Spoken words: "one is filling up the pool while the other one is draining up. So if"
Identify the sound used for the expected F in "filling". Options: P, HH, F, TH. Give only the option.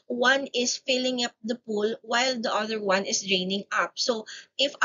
F